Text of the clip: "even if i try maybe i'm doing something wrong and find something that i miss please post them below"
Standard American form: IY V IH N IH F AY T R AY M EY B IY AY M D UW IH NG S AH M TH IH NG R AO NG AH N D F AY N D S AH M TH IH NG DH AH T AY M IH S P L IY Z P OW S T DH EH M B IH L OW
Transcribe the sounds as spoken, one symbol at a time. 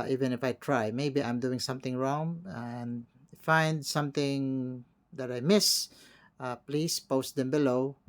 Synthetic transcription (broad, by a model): IY V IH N IH F AY T R AY M EY B IY AY M D UW IH NG S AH M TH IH NG R AO NG AH N D F AY N D S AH M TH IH NG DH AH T AY M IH S P L IY S P OW S T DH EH M B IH L OW